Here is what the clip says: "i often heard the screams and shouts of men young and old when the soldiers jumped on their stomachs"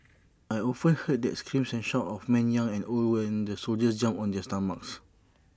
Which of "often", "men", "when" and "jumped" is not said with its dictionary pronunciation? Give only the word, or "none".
jumped